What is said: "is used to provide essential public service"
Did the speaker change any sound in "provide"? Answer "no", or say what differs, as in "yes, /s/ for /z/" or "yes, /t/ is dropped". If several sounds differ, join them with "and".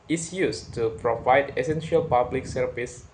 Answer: no